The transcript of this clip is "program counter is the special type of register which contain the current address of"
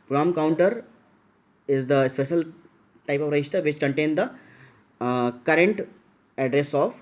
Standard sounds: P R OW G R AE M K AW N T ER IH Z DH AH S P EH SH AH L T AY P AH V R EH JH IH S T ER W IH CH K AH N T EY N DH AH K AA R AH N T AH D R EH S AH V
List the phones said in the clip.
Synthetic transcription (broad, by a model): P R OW M K AW N T ER IH Z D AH S P EH SH AH L T AY P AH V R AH IH SH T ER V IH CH K AH N T EY N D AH K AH R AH N T AH D R EH S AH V